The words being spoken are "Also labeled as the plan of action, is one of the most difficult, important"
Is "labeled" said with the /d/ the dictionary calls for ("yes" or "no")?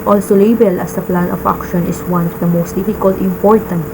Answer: no